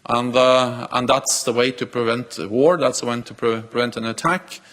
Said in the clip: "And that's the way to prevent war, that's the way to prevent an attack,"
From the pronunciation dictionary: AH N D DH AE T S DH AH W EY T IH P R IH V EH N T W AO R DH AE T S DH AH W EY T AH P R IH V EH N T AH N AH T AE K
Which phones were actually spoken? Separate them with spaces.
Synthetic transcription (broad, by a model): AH N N DH AE T S DH AH W EY T IH P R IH V EH N T W AO R DH AE T S DH AH W EY T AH P R IH V EH N T AH N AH T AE K